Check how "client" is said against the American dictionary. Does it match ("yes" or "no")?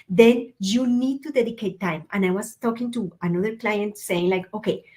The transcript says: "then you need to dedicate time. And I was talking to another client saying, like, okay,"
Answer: yes